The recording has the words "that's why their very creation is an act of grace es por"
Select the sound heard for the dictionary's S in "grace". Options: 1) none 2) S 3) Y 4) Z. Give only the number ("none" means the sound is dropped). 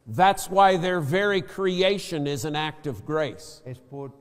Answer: 1